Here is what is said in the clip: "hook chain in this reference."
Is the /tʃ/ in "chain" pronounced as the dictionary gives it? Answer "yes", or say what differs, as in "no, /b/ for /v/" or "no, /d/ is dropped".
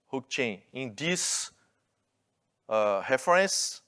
yes